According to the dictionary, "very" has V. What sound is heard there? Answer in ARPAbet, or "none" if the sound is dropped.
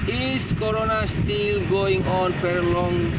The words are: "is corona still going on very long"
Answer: F